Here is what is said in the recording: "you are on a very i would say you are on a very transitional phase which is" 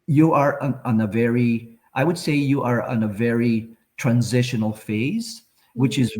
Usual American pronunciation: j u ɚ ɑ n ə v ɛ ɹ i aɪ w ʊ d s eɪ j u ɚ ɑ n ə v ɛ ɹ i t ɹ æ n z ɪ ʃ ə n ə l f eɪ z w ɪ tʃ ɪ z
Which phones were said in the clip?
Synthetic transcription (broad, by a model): j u ɚ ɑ n ə v ɛ ɹ i aɪ w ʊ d s eɪ j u ɚ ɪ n ə v ɛ ɹ i t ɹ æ n z ɪ ʃ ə n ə l f eɪ z w ɪ tʃ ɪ z